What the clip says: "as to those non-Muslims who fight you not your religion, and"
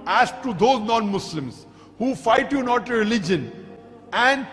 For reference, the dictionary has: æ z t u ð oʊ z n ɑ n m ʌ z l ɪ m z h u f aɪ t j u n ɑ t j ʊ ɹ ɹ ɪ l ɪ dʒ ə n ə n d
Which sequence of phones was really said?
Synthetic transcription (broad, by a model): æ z t u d oʊ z n ɑ n m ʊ s l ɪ m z h u f aɪ t j u n ɑ t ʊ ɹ ɹ ɪ l ɪ dʒ ə n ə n d